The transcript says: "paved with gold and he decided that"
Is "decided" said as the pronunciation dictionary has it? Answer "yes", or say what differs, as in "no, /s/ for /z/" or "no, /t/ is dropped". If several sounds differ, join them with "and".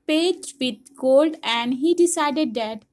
yes